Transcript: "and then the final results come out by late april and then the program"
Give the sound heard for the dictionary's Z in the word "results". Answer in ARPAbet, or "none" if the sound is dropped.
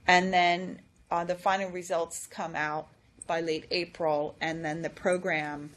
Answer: Z